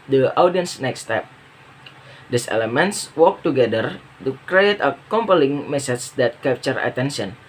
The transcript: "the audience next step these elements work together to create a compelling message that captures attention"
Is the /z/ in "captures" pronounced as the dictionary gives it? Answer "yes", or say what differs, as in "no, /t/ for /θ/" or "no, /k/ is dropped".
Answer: no, /z/ is dropped